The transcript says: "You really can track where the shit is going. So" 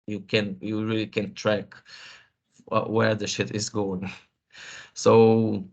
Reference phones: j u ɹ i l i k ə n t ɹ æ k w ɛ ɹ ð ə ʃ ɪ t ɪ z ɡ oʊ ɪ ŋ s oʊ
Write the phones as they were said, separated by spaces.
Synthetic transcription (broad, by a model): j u ɹ i l i k ə n t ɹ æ k w ɛ ɹ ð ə ʃ ɪ t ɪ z ɡ oʊ ɪ ŋ s oʊ